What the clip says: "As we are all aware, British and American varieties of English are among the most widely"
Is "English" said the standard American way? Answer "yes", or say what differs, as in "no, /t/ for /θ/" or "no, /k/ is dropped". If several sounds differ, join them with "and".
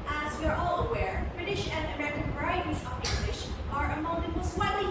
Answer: yes